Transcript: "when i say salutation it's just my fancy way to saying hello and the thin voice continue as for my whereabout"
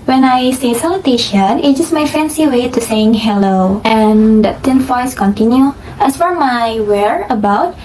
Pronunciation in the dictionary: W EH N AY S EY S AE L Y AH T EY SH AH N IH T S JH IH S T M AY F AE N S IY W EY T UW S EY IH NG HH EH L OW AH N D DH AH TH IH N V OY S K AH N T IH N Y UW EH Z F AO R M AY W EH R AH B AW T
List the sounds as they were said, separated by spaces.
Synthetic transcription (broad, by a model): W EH N AY S EY S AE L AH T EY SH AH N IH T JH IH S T M AY F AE N S IY W EY T UW S EY IH NG HH EH L OW AH N D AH T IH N F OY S K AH N T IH N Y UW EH S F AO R M AY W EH R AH B AW T